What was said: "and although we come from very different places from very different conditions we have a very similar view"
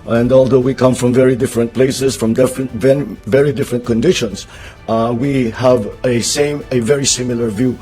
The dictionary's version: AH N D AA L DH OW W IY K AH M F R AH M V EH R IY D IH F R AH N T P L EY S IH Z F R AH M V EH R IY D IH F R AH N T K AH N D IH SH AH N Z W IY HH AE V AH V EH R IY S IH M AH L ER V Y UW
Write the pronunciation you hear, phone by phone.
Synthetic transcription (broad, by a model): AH N D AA L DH OW W IY K AH M F R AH M V EH R IY D IH F R AH N T P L EY S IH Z F R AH M V EH R IY D IH F R AH N T K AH N D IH SH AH N S W IY HH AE V AH V EH R IY S IH M AH L ER V Y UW